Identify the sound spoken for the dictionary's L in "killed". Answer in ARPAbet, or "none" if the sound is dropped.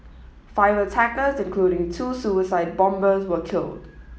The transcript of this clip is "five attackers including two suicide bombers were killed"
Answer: L